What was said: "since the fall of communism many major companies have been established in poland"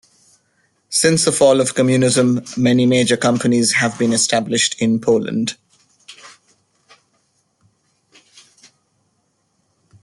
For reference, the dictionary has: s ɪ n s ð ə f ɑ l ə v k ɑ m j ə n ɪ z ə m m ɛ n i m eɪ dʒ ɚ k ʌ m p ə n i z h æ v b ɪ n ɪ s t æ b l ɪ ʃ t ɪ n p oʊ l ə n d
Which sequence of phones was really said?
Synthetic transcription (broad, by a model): s ɪ n s ð ə f ɑ l ə v k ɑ m j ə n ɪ z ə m m ɛ n i m eɪ dʒ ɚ k ʌ m p ə n i z h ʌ v b ɪ n ɪ s t æ b l ɪ ʃ t ɪ n p oʊ l ə n d